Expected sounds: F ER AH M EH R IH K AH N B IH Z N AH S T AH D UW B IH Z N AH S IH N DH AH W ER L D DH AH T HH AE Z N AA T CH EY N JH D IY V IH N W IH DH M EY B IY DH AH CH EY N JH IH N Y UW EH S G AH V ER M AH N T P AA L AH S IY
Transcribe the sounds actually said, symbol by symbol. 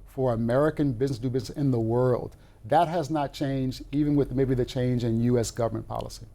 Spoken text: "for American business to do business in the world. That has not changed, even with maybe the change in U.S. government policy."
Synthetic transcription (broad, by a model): F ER AH M EH R IH K AH N B IH Z N AH S D UW B IH Z N AH S IH N DH AH W ER L D DH AH T HH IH Z N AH T CH EY N JH D IY V IH N W IH DH M EY B IY DH AH CH EY N JH IH N Y UW EH S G AH V ER M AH N P AA L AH S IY